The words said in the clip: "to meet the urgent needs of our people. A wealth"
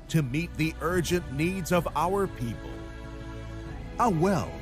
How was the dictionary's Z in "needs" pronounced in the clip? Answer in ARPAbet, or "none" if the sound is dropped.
Z